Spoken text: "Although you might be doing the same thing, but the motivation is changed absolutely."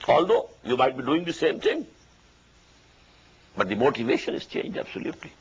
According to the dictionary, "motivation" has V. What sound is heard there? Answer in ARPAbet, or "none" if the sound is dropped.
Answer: V